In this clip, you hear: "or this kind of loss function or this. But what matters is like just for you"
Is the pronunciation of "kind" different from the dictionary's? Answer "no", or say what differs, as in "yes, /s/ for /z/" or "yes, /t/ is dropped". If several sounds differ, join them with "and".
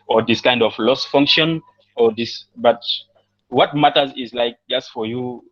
no